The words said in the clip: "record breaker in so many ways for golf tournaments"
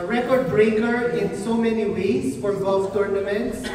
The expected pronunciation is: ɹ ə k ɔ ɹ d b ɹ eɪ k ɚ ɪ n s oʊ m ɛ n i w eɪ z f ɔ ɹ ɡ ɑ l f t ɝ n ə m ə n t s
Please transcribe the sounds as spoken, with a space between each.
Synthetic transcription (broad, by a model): ɹ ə k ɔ ɹ d b ɹ eɪ k ɚ ɪ n s oʊ m ɛ n i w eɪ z f ɔ ɹ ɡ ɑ f t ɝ n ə m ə n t s